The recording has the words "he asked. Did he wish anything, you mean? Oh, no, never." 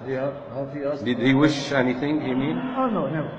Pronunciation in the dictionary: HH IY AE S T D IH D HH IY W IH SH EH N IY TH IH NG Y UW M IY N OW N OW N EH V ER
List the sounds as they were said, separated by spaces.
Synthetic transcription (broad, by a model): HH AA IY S D IH D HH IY W IH SH EH N IY TH IH NG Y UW M IY N OW N OW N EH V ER